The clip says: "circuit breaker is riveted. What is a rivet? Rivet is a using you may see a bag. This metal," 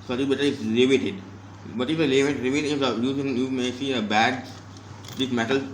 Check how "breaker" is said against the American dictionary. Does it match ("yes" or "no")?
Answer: no